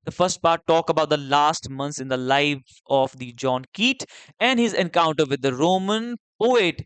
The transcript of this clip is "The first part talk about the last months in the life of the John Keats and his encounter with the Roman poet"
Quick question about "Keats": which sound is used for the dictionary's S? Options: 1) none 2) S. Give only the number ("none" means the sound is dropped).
1